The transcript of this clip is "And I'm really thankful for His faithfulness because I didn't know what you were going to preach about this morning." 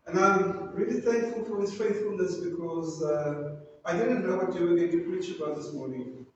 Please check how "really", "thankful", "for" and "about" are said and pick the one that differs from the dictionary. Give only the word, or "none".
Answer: none